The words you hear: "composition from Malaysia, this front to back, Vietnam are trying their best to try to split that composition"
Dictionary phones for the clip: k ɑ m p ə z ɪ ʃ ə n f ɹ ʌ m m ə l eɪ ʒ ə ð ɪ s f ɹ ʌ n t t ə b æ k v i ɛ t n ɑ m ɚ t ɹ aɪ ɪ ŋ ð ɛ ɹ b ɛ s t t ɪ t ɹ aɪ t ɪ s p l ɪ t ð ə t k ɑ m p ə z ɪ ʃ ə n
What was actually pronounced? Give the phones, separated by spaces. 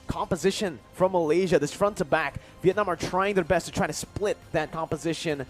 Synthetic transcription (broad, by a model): k ɑ m p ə z ɪ ʃ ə n f ɹ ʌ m m ə l eɪ ʒ ə ð ɪ s f ɹ ʌ n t t ə b æ k v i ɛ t n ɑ m ɚ t ɹ aɪ ɪ ŋ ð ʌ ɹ b ɛ s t t ɪ t ɹ aɪ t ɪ s p l ɪ t ð ə t k ɑ m p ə z ɪ ʃ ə n